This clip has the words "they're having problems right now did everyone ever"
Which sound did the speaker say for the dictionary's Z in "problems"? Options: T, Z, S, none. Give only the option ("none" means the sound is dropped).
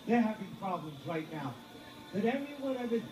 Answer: Z